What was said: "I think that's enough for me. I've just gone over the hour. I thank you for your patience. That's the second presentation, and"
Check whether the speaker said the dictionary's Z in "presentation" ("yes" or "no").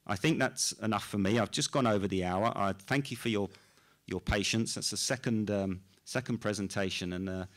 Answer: yes